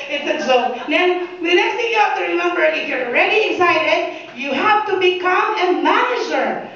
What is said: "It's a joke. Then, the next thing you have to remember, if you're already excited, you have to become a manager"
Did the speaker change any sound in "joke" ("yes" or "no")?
yes